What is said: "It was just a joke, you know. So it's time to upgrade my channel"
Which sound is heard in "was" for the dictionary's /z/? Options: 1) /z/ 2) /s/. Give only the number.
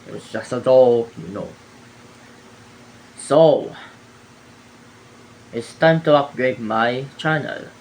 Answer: 2